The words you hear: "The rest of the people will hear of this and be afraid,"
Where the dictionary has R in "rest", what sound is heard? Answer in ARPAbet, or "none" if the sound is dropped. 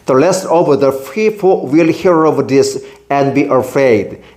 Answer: L